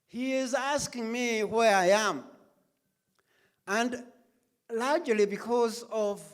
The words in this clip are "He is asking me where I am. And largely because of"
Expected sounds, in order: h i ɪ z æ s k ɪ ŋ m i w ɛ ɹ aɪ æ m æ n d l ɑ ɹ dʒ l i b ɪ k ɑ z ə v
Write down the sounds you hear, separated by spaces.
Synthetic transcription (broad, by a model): h i ɪ z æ s k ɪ ŋ m i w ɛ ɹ aɪ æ m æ n d l ɑ ɹ dʒ l i b ɪ k ɑ z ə v